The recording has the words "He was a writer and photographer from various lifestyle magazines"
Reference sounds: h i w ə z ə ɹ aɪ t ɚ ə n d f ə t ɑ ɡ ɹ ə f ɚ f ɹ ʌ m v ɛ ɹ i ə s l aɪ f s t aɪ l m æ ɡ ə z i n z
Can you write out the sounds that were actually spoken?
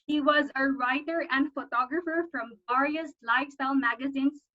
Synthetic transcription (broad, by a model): h i w ə z ə ɹ aɪ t ɚ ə n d f ə t ɑ ɡ ɹ ə f ɚ f ɹ ʌ m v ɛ ɹ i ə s l aɪ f s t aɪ l m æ ɡ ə z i n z